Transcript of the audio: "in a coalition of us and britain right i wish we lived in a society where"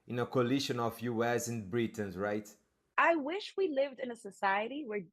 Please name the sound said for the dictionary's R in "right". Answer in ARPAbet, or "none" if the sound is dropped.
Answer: R